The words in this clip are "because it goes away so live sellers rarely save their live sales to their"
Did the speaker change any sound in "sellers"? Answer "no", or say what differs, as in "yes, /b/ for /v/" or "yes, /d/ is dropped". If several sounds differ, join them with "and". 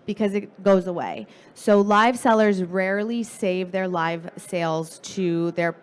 no